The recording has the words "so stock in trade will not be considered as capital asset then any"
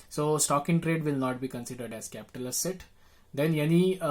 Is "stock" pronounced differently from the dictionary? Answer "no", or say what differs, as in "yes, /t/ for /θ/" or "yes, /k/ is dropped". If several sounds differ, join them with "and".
no